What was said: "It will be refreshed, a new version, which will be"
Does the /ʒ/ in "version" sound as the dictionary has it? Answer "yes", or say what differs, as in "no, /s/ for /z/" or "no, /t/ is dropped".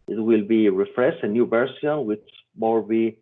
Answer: no, /s/ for /ʒ/